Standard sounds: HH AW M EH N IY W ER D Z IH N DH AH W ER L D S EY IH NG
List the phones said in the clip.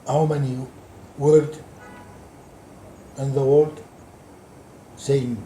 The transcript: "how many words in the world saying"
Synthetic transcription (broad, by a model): HH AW M EH N IY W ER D IH N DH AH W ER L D S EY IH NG